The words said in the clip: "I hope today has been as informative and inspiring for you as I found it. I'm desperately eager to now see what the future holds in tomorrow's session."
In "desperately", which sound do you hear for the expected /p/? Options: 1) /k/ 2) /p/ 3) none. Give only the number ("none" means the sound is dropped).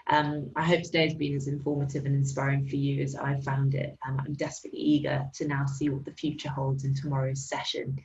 2